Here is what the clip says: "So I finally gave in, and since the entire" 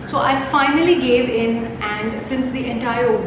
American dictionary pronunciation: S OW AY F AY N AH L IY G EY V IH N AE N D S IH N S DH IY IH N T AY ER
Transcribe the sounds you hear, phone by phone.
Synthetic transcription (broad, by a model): S OW AY F AY N AH L IY G EY V IH N AE N D S IH N S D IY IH N T AY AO